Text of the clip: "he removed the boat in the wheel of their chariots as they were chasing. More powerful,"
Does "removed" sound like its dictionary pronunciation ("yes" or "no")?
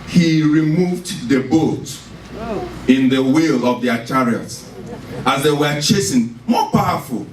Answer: yes